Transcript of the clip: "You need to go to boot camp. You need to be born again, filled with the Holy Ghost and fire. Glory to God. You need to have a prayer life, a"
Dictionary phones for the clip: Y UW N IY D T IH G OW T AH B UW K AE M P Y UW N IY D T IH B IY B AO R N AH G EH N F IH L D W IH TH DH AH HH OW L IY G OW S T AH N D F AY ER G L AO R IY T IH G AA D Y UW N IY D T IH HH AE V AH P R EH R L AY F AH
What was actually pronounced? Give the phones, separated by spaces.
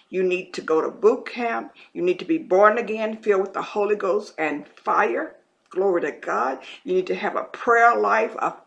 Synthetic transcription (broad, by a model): Y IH N IY D T IH G OW T AH B UW K AE M P Y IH N IY D T IH B IY B AO R N AH G EH N F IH L W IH DH AH HH OW L IY G OW S T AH N F AY ER G L AO R IY T IH G AA D Y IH N IY D T IH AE V AH P R EH R L AY F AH